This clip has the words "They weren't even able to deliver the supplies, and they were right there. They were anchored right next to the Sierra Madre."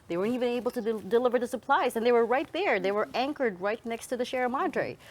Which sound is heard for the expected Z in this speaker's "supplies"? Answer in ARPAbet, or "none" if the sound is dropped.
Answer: Z